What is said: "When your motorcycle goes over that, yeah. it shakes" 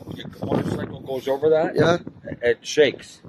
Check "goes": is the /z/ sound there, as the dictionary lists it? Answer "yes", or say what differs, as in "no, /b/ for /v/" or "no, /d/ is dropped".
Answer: yes